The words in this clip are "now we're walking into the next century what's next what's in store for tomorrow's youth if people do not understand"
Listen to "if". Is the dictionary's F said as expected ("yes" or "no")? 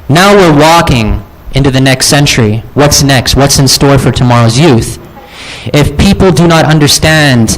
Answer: yes